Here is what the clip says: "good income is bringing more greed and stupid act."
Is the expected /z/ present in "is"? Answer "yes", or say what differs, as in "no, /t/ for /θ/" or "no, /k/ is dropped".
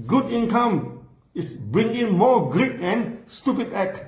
no, /s/ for /z/